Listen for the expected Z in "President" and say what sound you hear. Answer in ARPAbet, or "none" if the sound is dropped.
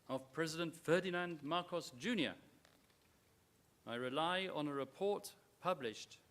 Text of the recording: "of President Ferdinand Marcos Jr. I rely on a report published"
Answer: Z